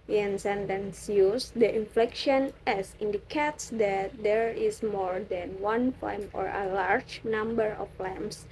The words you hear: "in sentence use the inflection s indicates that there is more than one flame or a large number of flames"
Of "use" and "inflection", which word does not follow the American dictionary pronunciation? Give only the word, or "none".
none